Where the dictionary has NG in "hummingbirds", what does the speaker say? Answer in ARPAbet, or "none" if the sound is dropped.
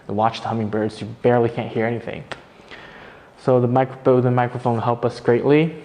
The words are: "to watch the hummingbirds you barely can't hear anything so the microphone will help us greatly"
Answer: NG